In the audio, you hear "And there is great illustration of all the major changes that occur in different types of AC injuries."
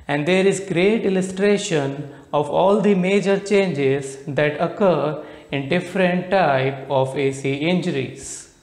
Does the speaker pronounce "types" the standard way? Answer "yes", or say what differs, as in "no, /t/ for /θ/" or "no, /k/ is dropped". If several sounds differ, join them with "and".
no, /s/ is dropped